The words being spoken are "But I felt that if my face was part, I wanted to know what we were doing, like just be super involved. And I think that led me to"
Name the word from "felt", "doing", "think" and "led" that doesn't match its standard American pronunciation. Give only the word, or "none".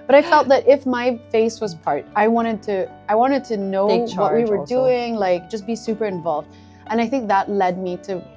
none